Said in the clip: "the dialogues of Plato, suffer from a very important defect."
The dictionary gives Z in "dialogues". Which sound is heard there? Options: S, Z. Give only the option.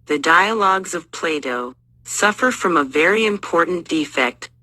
Z